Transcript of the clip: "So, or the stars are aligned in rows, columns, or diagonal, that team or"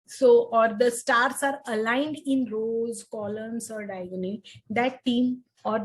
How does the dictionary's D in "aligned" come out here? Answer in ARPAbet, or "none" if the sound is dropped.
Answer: D